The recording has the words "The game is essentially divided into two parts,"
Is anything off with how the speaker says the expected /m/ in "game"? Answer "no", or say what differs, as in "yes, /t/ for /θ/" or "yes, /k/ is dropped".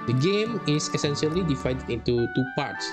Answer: no